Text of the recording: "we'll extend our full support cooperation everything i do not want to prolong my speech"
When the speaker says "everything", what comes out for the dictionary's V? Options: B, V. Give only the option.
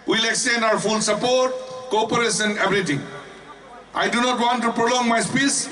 B